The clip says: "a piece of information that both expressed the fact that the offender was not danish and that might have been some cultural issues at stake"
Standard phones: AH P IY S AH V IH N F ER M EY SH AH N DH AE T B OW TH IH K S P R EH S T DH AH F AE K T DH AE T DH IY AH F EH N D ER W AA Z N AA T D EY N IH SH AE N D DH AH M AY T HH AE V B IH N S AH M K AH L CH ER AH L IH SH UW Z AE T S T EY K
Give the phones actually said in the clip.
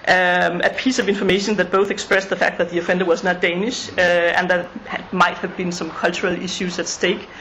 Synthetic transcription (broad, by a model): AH P IY S AH V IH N F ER M EY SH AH N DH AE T B OW TH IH K S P R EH S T DH AH F AE K T DH AE T DH IY AH F EH N D ER W AA Z N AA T D EY N IH SH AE N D DH AH M AY T HH AE V B IH N S AH M K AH L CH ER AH L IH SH UW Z AE T S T EY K